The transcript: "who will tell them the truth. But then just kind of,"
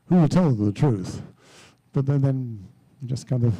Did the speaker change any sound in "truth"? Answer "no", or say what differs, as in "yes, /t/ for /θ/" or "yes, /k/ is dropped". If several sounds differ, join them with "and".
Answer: no